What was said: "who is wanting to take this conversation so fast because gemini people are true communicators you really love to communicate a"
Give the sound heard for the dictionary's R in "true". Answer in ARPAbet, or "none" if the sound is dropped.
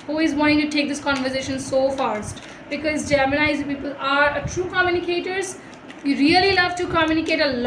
R